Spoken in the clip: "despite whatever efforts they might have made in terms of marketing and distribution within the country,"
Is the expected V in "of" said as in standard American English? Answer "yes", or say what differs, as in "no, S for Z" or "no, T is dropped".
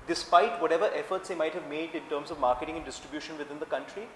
yes